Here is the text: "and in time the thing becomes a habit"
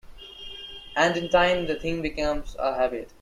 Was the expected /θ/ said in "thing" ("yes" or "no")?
no